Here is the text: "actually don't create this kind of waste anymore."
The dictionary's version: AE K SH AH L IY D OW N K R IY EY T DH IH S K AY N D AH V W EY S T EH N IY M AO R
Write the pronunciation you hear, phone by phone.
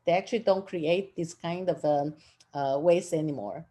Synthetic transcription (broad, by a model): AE K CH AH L IY D OW N K R IY EY T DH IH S K AY N D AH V W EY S EH N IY M AO R